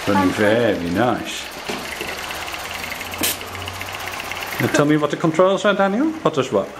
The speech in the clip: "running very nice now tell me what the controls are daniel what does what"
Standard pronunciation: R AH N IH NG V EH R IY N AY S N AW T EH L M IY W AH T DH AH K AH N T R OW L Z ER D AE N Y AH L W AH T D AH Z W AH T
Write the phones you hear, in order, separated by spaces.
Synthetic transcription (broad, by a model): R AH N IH V EH R IY N AY S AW T EH L M IY W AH T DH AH K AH N T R OW L S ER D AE N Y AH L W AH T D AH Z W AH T